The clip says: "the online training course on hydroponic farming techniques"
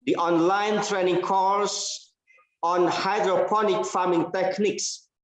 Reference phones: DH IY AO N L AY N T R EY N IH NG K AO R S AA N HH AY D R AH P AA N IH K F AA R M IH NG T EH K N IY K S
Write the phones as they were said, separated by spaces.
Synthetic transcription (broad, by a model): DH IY AO N L AY N T R EY N IH NG K AO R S AA N HH AY D R AH P AA N IH K F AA M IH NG T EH K N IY K S